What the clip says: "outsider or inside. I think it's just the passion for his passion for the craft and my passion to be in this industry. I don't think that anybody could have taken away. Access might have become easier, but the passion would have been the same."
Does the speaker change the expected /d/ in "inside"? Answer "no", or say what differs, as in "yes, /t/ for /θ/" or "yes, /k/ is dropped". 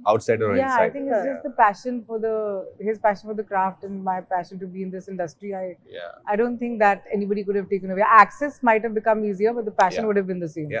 yes, /d/ is dropped